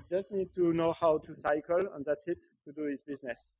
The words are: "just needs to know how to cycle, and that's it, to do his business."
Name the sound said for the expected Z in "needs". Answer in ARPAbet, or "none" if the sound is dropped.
none